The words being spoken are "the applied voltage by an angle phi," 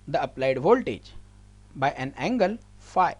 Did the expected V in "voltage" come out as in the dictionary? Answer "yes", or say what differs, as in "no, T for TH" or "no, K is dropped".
yes